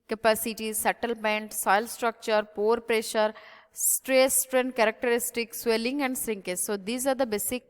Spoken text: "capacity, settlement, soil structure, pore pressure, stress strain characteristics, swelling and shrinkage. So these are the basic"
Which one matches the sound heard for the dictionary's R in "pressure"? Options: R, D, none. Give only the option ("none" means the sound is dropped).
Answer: R